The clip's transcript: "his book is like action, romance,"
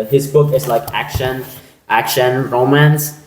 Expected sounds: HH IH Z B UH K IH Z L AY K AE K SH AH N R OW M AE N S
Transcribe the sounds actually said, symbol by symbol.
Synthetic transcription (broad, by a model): HH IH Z B UH K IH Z L AY K AE K SH AH N R OW M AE N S